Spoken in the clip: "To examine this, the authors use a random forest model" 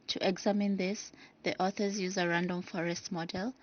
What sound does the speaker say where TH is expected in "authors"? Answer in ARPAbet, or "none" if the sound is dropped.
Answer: TH